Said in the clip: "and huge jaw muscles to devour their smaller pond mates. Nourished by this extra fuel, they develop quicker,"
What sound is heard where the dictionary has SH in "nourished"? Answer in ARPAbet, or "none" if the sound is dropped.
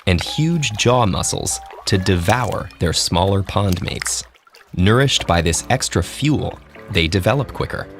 SH